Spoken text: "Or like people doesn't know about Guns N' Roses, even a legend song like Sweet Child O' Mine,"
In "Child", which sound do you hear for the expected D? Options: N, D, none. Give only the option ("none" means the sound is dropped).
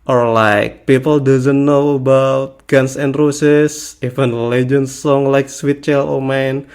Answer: none